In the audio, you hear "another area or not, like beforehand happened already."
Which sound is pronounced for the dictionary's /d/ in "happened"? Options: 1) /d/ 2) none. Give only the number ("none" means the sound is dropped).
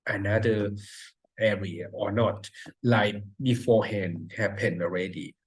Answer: 2